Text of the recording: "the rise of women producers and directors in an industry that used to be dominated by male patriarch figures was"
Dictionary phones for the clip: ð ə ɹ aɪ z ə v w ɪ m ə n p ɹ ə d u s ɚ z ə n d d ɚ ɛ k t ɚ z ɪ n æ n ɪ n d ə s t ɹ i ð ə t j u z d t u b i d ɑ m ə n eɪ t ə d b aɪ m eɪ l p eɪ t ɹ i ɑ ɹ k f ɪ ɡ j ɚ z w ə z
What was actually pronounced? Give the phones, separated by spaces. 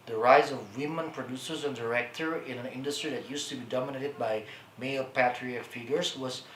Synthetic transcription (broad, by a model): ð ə ɹ aɪ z ə v w ɪ m ə n p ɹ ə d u s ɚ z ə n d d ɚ ɛ k t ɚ ɪ n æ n ɪ n d ə s t ɹ i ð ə t j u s t u b i d ɑ m ə n eɪ t ə d b aɪ m eɪ l p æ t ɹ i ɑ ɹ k f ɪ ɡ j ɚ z w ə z